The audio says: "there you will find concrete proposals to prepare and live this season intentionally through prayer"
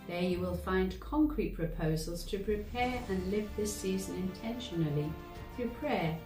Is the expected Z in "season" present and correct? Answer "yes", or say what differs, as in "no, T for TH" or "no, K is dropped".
yes